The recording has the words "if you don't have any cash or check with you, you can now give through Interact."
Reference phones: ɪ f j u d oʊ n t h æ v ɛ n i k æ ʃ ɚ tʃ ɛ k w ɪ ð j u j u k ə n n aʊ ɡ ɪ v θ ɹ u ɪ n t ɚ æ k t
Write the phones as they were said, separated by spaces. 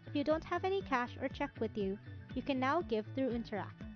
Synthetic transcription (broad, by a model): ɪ f j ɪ d oʊ n t h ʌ v ɛ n i k æ ʃ ɚ tʃ ɛ k w ɪ ð j u j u k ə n n aʊ ɡ ɪ v θ ɹ u ɪ n t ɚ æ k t